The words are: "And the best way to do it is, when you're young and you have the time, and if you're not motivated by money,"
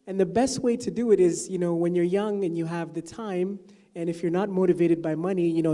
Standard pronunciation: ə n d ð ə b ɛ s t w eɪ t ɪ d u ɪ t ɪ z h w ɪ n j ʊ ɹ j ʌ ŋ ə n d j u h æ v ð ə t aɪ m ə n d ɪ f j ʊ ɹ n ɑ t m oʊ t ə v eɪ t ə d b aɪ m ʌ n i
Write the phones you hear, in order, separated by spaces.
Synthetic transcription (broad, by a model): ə n ð ə b ɛ s t w eɪ t ɪ d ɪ ɪ t ɪ z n w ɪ n j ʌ ɹ j ʌ ŋ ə n j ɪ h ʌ v ð ə t aɪ m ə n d ɪ f j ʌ ɹ n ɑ t m oʊ t ə v eɪ t ə d b aɪ m ʌ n i